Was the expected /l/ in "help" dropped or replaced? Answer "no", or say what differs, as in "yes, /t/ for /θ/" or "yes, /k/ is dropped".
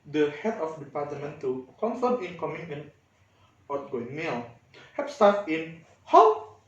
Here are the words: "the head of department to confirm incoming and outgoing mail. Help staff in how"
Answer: yes, /l/ is dropped